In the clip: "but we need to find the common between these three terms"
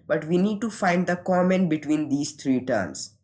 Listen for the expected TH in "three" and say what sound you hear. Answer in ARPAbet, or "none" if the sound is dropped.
T